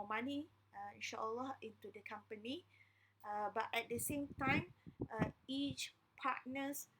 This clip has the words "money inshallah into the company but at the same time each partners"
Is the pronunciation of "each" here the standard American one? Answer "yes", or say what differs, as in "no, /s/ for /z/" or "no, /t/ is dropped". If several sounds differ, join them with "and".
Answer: yes